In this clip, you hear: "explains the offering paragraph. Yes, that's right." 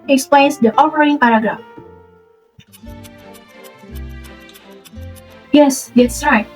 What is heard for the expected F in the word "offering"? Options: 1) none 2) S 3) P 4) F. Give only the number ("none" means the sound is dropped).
3